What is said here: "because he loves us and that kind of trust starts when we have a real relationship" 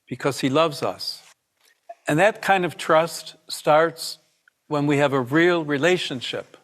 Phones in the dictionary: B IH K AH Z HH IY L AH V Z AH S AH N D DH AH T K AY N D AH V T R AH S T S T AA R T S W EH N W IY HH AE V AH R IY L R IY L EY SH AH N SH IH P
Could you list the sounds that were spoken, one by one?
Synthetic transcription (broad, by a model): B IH K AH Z HH IY L AH V Z AH S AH N DH AH T K AY N D AH V T R AH S T S T AA R T S W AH N W IY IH V AH R IY L R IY L EY SH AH N SH IH P